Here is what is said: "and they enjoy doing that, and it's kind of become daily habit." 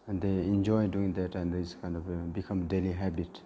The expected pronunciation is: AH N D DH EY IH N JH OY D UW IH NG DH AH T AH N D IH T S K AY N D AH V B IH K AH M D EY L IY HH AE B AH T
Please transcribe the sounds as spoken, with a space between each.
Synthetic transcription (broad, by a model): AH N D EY IH N JH OY D UW IH NG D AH T AH N D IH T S K AY N D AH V B IH K AH M D EY L IY HH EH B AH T